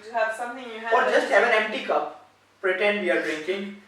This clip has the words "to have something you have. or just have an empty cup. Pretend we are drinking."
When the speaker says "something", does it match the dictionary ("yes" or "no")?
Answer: no